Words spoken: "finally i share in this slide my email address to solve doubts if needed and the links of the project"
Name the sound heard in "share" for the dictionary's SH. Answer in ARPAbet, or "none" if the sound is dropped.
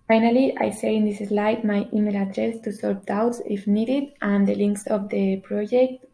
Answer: S